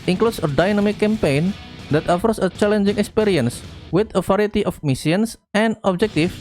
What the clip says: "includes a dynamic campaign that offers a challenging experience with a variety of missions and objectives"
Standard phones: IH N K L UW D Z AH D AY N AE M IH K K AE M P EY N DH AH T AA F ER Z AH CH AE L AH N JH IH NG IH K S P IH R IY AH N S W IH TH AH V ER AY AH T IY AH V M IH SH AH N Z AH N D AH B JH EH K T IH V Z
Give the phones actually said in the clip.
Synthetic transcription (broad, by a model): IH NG K L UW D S AH D AY N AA M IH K K AE M P EY N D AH T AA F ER S AH CH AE L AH N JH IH NG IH K S P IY R IY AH N S W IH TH AH F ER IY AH T IY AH F M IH S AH N S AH N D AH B JH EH K T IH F